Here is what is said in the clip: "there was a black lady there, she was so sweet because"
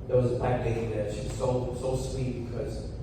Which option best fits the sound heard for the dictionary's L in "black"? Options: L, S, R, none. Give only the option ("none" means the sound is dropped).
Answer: none